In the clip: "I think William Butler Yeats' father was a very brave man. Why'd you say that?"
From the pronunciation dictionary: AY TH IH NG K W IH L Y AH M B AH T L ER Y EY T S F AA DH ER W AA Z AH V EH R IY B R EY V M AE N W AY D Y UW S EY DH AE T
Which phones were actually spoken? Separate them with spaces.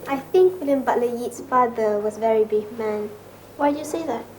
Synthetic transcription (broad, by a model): AY TH IH NG K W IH L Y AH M B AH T L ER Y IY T S F AA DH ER W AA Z V EH R IY B IH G M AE N W AY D Y UW S EY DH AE T